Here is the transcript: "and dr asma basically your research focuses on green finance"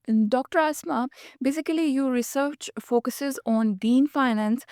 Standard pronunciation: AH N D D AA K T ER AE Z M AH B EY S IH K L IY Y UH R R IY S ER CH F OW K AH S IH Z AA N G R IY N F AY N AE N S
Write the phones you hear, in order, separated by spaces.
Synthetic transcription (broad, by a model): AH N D D AA K T ER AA S M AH B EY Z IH K L IY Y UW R R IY S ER CH F OW K AH S IH Z AA N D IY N F AY N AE N S